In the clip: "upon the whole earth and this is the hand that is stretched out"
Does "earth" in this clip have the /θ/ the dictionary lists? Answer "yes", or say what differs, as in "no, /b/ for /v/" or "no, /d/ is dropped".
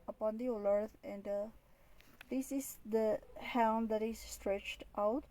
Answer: no, /t/ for /θ/